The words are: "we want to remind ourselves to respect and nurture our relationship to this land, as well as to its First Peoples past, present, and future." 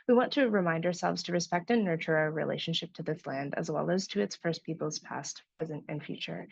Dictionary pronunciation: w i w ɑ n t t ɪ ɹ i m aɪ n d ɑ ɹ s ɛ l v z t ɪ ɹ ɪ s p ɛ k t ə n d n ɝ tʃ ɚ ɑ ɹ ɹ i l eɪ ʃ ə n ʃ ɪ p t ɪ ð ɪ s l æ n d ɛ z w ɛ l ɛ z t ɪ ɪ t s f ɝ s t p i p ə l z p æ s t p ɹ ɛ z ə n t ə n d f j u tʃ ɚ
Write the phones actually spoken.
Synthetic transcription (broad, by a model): w i w ɑ n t t ɪ ɹ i m aɪ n d ɑ ɹ s ɛ l v z t ɪ ɹ ɪ s p ɛ k t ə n n ɝ tʃ ɚ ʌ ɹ ɹ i l eɪ ʃ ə n ʃ ɪ p t ɪ ð ɪ s l æ n d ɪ z w ɛ l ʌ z t ɪ ɪ t s f ɝ s p i p l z p æ s t p ɹ ɛ z ə n t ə n f j u tʃ ɚ